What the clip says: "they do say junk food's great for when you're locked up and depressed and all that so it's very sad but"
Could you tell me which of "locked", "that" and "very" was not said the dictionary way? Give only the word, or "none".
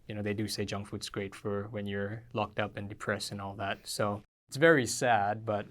none